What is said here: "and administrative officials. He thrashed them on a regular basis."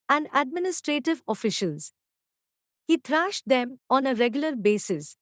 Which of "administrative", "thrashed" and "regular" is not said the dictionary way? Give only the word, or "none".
thrashed